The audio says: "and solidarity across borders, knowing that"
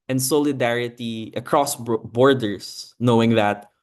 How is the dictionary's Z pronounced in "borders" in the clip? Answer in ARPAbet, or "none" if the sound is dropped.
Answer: S